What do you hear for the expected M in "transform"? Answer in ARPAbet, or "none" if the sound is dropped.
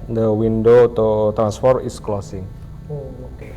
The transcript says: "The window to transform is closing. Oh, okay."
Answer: none